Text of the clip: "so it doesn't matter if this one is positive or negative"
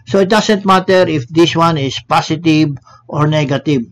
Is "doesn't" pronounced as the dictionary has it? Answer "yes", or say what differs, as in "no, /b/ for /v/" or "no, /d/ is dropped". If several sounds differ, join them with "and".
no, /s/ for /z/